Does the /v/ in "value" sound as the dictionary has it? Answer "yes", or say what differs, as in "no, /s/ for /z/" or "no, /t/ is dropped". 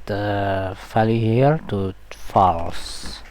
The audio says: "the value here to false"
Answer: no, /f/ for /v/